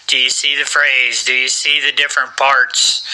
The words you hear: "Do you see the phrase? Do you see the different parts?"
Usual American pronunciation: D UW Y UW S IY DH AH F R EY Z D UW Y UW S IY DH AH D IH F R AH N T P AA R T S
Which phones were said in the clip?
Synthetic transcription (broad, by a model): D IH Y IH S IY DH AH F R EY Z D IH Y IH S IY DH AH D IH F R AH N P AA R T S